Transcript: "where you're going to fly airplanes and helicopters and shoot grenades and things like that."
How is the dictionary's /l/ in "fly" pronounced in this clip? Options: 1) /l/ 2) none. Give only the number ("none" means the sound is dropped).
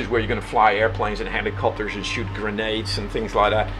1